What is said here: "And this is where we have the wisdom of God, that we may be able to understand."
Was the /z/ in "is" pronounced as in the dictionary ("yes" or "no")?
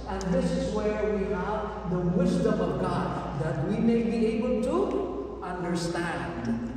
yes